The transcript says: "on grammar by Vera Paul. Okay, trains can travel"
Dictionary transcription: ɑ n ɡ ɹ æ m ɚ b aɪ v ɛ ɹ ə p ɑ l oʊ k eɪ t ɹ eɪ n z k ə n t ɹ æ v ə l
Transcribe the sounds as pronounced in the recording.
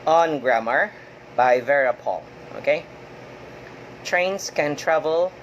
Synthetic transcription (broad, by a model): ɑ n ɡ ɹ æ m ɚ b aɪ v ɛ ɹ ə p ɑ l oʊ k eɪ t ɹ eɪ n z k ə n t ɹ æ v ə l